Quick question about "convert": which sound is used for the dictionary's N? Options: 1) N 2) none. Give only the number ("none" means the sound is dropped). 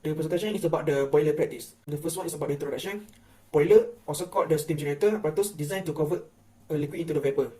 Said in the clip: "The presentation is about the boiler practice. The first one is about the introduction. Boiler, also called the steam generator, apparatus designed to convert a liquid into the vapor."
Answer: 2